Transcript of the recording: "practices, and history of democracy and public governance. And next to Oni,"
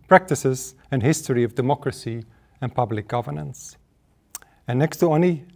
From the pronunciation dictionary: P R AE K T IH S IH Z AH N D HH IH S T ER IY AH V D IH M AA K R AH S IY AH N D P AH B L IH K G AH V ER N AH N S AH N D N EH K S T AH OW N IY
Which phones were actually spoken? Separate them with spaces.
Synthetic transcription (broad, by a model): P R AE K T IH S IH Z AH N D HH IH S T ER IY AH V D IH M AA K R AH S IY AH N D P AH B L IH K G AH V ER N AH N S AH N N EH K S T AH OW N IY